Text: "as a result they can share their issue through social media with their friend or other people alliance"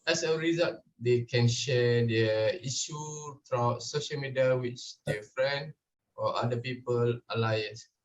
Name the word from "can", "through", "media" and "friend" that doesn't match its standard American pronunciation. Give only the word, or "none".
through